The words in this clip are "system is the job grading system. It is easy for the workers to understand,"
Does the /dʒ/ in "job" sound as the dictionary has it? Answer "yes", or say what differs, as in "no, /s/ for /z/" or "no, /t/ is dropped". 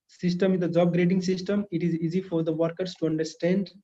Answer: yes